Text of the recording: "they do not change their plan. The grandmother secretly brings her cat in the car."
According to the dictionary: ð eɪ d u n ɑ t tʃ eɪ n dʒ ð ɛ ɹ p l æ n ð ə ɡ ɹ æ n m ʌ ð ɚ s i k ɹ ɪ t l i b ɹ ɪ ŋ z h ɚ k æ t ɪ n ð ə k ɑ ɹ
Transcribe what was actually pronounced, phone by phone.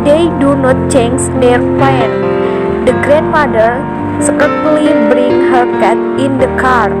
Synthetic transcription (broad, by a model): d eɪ d u n ɑ t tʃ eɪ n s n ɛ ɹ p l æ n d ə ɡ ɹ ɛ n m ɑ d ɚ s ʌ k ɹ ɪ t l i b ɹ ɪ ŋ h ɚ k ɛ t ɪ n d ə k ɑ ɹ